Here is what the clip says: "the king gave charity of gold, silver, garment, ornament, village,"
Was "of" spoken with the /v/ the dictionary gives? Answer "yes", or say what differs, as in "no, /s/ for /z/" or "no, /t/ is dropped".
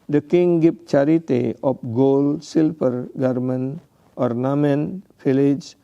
no, /p/ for /v/